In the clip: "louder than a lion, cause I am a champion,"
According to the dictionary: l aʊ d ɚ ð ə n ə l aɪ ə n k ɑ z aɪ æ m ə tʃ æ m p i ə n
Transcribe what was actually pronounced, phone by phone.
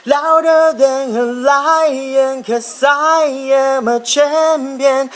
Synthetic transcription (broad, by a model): l aʊ d ɚ ð ə n ə l aɪ ə n k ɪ s aɪ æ m ə tʃ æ m p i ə n